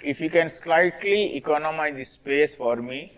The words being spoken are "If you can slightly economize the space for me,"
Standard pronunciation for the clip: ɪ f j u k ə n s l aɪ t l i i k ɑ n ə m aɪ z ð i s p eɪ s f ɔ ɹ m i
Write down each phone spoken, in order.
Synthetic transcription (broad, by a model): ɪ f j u k ə n s l aɪ t l i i k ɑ n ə m aɪ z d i s p eɪ s f ɔ ɹ m i